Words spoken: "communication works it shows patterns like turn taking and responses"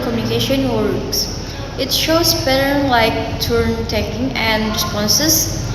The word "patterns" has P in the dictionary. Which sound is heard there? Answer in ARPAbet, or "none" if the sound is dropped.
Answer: B